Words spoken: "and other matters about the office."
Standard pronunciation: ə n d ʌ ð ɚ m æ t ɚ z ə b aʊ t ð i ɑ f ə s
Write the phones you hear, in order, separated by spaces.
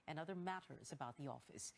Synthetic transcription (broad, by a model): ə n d ʌ ð ɚ m æ t ɚ z ə b aʊ t ð i ɑ f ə s